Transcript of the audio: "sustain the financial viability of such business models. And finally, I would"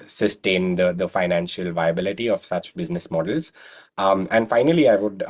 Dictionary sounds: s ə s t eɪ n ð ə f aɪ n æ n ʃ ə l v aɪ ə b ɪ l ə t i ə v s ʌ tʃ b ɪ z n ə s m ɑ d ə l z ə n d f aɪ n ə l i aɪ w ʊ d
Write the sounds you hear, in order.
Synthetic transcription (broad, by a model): s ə s t eɪ n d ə f aɪ n æ n ʃ ə l v aɪ ə b ɪ l ə t i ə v s ʌ tʃ b ɪ z n ə s m ɑ d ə l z ə n d f aɪ n ə l i aɪ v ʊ d